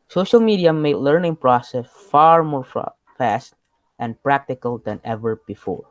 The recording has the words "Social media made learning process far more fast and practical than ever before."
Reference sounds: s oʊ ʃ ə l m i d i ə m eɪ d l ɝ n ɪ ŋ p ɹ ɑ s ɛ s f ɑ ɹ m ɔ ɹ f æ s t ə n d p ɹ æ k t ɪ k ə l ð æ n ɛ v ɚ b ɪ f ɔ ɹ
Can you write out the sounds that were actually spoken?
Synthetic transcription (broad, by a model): s oʊ ʃ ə l m i d i ə m eɪ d l ɝ n ɪ ŋ p ɹ ɑ s ɛ s f ɑ ɹ m ɔ ɹ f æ s t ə n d p ɹ æ k t ɪ k ə l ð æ n ɛ v ɚ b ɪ f ɔ ɹ